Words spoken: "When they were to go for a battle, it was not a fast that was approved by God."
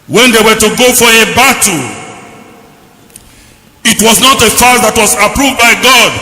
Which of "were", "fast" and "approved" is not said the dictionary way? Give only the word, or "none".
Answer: fast